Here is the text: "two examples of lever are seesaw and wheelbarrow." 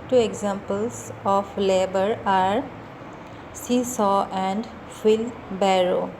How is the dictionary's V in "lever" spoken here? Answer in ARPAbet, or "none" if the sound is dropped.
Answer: B